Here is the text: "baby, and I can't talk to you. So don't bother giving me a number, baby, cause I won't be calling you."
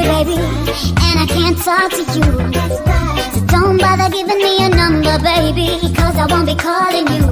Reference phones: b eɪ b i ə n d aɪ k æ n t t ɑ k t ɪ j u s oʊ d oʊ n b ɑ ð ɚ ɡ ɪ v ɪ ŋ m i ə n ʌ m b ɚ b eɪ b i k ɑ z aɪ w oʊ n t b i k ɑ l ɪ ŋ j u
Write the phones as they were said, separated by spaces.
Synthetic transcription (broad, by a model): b eɪ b i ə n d aɪ k æ n t s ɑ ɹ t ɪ j u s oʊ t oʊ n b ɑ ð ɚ ɡ ɪ v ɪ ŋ m i ə n ʌ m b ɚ b eɪ b i k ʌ z aɪ w oʊ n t b i k ɑ l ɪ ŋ j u